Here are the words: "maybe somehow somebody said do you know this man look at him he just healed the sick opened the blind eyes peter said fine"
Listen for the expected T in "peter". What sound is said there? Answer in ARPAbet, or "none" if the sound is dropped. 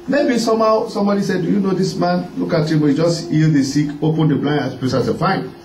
S